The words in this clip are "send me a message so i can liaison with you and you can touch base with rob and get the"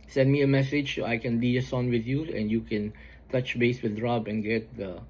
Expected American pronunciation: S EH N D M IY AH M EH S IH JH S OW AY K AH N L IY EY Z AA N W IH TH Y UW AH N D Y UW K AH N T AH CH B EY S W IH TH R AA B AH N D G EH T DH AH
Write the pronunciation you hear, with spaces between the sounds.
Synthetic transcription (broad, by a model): S EH N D M IY AH M EH S IH JH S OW AY K AH N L IY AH S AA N W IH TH Y UW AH N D Y UW K AH N T AH CH B EY S W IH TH R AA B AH N G EH T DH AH